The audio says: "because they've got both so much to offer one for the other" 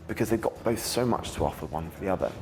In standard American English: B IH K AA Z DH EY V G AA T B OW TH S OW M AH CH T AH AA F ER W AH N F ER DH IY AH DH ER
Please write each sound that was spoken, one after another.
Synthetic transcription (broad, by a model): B IH K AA Z DH EY V G AA T B OW TH S OW M AH CH T AH AA F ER W AH N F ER DH IY AH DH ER